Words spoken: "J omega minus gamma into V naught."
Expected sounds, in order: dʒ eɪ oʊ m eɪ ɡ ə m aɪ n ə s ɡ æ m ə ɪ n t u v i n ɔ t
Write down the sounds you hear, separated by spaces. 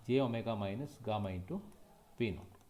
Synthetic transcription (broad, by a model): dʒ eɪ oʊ m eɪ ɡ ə m aɪ n ə s ɡ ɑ m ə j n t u p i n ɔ